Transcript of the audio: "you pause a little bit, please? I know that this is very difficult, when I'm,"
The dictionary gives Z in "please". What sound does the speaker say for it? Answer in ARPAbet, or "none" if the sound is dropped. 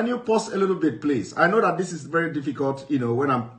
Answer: S